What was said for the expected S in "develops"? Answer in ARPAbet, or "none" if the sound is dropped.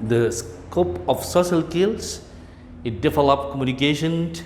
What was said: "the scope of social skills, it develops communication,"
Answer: none